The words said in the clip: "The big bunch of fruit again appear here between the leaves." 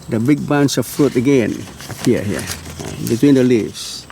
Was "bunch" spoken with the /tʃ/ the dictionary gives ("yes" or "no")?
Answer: no